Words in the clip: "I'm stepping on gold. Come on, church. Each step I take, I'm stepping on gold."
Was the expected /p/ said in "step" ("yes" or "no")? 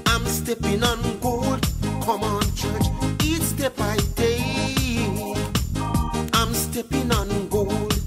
no